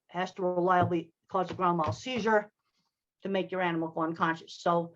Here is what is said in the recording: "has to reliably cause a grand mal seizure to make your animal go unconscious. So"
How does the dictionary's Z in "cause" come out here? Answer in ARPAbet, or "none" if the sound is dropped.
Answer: Z